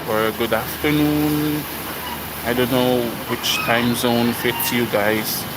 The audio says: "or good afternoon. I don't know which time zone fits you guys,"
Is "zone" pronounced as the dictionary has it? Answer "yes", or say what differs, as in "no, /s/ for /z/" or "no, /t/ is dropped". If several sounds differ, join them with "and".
yes